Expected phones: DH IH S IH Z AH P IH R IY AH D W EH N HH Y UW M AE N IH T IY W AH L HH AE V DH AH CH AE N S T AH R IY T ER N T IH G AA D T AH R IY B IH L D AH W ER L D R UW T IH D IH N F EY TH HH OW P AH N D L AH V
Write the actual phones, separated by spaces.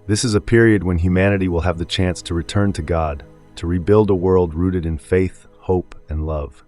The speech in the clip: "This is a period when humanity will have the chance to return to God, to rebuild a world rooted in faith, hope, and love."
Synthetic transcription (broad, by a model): DH IH S IH Z AH P IH R IY AH D W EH N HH Y UW M AE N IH T IY W AH L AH V DH AH CH AE N S T AH R IY T ER N T IH G AA D T AH R IY B IH L D AH W ER L D R UW T IH D IH N F EY TH HH OW P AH N L AH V